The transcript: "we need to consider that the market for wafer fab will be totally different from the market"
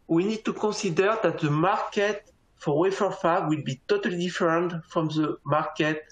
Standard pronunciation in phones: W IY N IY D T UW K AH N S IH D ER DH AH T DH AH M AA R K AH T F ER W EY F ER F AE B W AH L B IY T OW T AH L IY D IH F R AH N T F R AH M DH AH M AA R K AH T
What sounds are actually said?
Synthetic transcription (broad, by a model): W IY N IY D T UW K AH S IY D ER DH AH T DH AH M AA R K AH T F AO W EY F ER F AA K W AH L B IY T OW T AH L IY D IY F R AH N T F R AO M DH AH M AA R K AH T